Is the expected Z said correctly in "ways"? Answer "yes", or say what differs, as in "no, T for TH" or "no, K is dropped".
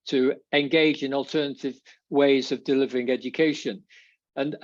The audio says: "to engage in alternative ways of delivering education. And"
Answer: yes